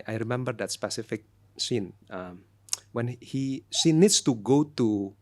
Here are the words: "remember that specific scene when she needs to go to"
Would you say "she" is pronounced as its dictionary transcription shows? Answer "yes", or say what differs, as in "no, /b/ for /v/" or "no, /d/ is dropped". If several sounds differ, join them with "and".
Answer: no, /s/ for /ʃ/